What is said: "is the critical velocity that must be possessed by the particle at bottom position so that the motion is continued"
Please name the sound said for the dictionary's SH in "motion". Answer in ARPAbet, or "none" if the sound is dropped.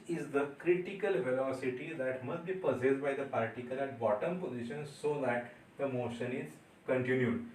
SH